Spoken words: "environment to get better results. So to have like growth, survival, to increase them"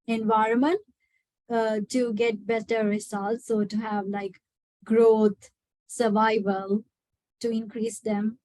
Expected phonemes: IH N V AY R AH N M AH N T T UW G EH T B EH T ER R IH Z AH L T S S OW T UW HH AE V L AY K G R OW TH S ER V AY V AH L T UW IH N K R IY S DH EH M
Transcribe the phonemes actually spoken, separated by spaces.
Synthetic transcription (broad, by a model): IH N V AY R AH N M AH N T T UW G EH T B EH T ER R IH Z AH L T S S OW T UW HH AE V L AY K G R OW T S ER V AY V AH L T UW IH N K R IY S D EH M